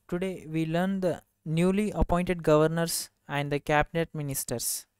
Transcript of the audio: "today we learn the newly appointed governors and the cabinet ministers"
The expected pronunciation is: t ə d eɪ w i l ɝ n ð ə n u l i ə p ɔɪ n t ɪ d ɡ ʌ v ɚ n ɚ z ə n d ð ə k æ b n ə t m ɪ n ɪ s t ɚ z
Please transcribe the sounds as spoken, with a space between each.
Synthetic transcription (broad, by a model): t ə d eɪ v i l ɝ n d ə n u l i ə p ɔɪ n t ɪ d ɡ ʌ v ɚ n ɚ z ə n d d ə k æ b n ə t m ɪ n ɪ s t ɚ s